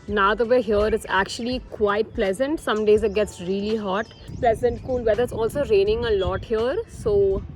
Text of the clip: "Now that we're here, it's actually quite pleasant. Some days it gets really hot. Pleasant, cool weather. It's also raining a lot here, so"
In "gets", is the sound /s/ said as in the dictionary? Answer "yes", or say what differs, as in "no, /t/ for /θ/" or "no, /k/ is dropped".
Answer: yes